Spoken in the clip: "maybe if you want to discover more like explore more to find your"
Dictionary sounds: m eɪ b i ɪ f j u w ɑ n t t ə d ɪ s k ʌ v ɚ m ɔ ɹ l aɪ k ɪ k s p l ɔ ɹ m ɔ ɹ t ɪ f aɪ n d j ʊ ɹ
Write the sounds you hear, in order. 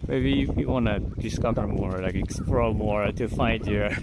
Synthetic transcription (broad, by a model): m eɪ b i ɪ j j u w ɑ n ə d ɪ s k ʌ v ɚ m ɔ ɹ l aɪ k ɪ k s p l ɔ l m ɔ ɹ t ɪ f aɪ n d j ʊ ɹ